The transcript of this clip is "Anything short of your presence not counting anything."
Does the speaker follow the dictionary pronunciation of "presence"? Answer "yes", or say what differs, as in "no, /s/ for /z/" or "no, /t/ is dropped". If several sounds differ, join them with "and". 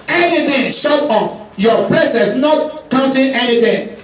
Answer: no, /s/ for /z/ and /n/ is dropped